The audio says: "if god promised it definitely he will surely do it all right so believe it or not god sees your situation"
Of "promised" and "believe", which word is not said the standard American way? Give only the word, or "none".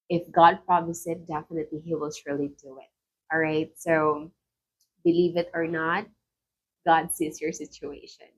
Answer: promised